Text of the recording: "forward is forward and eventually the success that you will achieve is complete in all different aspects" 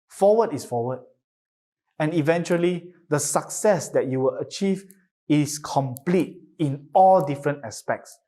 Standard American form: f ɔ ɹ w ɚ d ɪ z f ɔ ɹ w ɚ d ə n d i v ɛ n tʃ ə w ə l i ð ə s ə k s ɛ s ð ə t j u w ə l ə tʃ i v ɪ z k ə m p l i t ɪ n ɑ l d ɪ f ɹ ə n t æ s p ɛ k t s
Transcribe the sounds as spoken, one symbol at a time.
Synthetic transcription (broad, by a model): f ɔ w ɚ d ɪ s f ɔ w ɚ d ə n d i v ɛ n tʃ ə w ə l i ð ə s ə k s ɛ s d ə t j u w ə l ə tʃ i v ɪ s k ə m p l i t ɪ n ɑ l d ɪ f ɹ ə n t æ s p ɛ k t s